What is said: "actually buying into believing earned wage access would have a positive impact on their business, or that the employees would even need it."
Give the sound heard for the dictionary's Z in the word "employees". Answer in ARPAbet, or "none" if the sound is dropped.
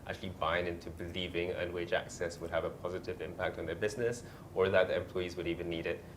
Z